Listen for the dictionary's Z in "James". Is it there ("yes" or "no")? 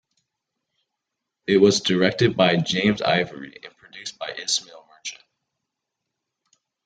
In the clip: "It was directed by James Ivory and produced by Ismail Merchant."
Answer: yes